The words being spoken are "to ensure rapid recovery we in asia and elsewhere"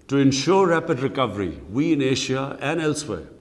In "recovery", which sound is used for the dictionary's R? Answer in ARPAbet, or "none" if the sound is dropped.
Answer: R